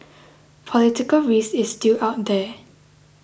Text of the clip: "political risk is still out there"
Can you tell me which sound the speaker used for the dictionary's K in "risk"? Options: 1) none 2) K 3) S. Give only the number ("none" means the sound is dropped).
1